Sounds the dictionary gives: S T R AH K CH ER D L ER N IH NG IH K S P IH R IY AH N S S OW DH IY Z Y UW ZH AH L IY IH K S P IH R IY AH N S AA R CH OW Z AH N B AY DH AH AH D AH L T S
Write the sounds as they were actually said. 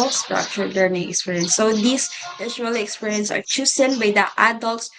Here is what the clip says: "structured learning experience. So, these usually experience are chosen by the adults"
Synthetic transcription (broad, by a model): S T R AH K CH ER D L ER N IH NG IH K S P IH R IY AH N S S OW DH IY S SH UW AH L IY K S P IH R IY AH N S AA R CH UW S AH N B AY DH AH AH D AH L T S